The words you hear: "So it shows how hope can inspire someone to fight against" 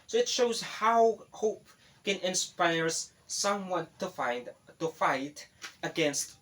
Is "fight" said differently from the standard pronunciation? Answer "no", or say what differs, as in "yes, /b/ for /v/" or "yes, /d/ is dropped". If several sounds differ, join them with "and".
no